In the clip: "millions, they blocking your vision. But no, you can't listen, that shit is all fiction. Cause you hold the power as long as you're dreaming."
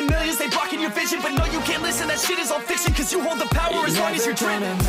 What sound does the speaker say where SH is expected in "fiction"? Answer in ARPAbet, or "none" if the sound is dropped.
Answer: S